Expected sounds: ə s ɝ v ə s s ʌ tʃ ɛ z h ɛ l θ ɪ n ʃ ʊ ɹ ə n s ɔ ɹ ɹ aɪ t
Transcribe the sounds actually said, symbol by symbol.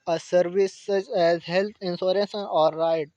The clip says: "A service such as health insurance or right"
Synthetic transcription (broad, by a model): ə s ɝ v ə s s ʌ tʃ ɛ z h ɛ l t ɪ n s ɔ ɹ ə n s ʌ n ɹ aɪ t